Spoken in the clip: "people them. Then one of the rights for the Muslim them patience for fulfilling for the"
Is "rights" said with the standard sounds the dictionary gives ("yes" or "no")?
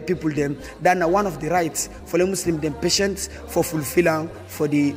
yes